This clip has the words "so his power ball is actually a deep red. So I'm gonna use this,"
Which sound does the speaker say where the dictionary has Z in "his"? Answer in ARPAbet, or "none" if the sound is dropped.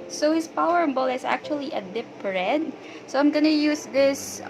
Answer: S